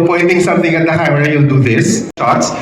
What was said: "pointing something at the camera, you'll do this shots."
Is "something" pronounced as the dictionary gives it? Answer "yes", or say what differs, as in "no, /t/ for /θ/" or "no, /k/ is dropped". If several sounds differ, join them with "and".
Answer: no, /t/ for /θ/